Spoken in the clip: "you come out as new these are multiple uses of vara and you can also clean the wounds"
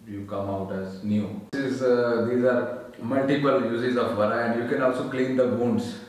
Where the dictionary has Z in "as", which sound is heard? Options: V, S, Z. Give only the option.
Z